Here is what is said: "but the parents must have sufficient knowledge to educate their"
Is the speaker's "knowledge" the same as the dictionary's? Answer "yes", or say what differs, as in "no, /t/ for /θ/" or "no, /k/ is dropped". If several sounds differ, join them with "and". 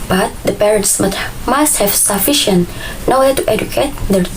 no, /w/ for /l/